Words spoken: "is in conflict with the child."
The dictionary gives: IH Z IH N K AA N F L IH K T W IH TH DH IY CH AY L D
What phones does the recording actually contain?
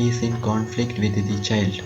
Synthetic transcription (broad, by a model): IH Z IH N K AA N F L IH K T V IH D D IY CH AY L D